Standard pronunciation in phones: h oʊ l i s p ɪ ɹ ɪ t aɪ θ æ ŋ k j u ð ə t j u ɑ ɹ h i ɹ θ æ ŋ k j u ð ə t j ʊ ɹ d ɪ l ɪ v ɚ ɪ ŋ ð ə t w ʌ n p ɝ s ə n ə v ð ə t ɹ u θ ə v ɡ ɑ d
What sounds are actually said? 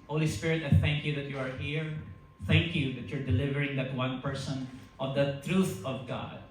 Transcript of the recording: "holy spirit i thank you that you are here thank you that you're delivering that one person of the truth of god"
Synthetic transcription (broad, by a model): h oʊ l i s p ɪ ɹ ɪ t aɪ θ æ ŋ k j u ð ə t j u ɑ ɹ h i ɹ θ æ ŋ k j u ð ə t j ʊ ɹ d ɪ l ɪ v ɚ ɪ ŋ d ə t w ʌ n p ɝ s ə n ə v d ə t ɹ u θ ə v ɡ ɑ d